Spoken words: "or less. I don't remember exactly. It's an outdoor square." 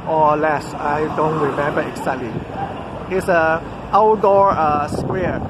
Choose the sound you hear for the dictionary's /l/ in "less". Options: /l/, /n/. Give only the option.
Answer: /l/